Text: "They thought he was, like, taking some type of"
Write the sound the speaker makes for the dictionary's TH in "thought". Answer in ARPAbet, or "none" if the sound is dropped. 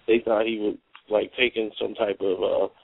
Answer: TH